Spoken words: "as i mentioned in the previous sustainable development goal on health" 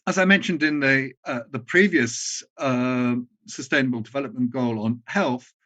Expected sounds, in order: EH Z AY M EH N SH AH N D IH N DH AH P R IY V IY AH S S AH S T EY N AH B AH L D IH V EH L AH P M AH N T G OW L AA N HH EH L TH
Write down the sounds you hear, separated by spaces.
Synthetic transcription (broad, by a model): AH Z AY M EH N SH AH N D IH N DH AH P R IY V IY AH S S AH S T EY N AH B AH L D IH V EH L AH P M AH N G OW L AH N HH EH L TH